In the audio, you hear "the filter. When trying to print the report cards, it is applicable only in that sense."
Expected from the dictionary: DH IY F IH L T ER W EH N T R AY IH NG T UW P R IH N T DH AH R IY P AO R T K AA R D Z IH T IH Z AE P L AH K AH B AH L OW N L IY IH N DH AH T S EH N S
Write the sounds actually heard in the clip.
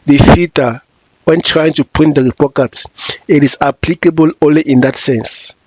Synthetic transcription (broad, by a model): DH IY F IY T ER W EH N T R AY IH NG T UW P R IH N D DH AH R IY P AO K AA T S IH T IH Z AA P L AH K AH B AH L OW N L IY IH N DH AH T S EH N S